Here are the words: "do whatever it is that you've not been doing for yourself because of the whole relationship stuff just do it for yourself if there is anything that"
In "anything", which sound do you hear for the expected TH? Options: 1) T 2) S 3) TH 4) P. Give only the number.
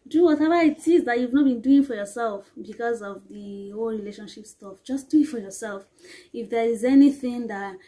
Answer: 3